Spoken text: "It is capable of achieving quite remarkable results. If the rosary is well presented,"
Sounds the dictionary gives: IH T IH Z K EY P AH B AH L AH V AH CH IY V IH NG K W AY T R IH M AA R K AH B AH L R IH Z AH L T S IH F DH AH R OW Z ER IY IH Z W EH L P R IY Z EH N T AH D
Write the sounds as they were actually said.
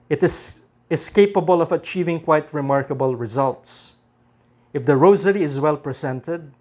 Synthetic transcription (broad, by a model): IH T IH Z K EY P AH B AH L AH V AH CH IY V IH NG K W AY T R IH M AA R K AH B AH L R IH Z AH L T S IH F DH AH R OW Z ER IY IH Z W EH L P R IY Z EH N T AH D